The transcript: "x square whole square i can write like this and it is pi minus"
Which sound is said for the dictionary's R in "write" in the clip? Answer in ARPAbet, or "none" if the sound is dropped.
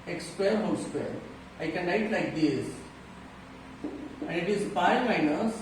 L